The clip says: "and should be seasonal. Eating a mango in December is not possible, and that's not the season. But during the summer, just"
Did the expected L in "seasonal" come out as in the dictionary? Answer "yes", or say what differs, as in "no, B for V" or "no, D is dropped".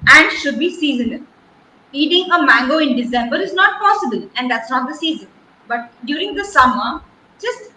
no, N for L